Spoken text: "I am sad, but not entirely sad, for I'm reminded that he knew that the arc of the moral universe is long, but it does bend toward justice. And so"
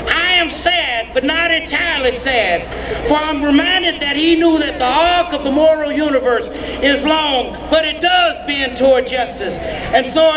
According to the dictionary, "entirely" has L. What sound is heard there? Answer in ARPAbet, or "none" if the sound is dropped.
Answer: L